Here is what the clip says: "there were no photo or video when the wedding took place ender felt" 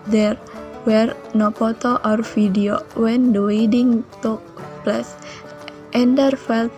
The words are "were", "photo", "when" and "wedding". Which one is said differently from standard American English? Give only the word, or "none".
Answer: photo